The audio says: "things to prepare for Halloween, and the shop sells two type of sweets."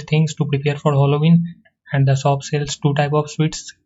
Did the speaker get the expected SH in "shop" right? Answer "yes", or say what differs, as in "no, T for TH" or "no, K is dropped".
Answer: no, S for SH